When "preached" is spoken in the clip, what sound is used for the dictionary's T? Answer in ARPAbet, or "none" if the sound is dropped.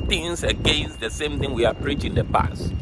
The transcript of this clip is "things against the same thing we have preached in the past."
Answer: none